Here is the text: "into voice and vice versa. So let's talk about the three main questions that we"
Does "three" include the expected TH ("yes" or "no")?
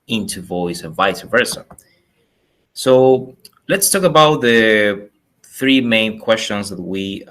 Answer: yes